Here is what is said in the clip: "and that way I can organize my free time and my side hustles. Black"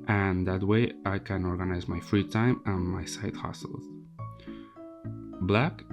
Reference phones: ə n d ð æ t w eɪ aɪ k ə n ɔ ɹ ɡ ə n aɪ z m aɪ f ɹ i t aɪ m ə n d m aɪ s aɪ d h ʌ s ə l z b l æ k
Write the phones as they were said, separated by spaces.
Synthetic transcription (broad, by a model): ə n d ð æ t w eɪ aɪ k ə n ɔ ɹ ɡ ə n aɪ z m aɪ f ɹ i t aɪ m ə n m aɪ s aɪ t h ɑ s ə l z b l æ k